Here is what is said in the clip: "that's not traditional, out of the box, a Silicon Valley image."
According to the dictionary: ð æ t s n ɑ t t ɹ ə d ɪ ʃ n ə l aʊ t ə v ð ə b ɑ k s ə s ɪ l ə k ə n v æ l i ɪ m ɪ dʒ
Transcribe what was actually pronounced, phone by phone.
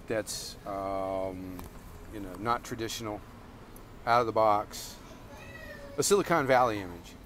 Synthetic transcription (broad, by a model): ð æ t s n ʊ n t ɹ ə d ɪ ʃ n l aʊ t ə v ð ə b ɑ k s ə s ɪ l ə k ə n v æ l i ɪ m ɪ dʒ